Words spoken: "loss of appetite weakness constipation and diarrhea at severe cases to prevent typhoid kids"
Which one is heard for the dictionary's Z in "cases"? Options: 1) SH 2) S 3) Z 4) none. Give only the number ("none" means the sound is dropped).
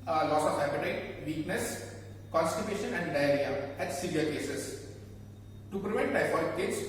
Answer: 2